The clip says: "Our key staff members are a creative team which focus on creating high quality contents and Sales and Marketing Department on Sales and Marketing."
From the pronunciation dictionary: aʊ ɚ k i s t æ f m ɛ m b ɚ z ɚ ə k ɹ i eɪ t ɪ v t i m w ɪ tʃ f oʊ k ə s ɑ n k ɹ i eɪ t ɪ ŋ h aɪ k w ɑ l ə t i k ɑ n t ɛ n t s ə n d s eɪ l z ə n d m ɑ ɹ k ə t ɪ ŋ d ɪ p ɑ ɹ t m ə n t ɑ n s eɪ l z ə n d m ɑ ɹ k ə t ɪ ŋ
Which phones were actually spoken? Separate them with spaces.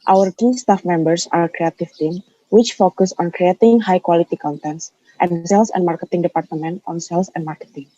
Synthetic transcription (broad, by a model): aʊ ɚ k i s t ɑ f m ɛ m b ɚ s ə k ɹ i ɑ t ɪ f t i m w ɪ tʃ f oʊ k ə s ɑ n k ɹ i eɪ t ɪ ŋ h aɪ k w ɑ l ə t i k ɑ n t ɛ n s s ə n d s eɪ l s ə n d m ɑ ɹ k ə t ɪ ŋ d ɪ p ɑ ɹ t m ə n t ɑ n s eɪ l s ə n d m ɑ ɹ k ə t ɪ ŋ